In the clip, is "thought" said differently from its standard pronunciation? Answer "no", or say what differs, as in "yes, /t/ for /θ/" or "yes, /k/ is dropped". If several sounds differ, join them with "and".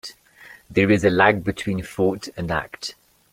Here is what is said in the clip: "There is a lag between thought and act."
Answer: yes, /f/ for /θ/